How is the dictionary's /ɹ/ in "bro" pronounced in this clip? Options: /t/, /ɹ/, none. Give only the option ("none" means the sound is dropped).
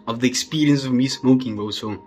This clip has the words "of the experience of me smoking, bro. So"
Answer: none